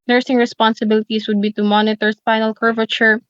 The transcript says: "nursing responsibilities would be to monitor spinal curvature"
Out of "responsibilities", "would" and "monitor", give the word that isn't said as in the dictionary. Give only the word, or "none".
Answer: responsibilities